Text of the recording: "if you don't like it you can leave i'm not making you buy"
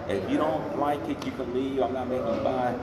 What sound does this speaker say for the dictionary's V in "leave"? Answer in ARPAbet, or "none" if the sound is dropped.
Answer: none